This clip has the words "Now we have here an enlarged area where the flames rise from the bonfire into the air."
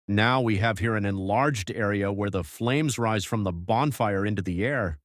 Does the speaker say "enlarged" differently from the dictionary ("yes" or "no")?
no